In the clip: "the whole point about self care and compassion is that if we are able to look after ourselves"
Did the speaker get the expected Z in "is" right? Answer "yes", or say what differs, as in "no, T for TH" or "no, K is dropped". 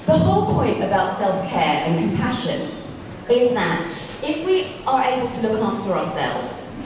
yes